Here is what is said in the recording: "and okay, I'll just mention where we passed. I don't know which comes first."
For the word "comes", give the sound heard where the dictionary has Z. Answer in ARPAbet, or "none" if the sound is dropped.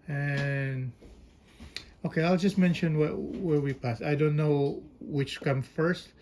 none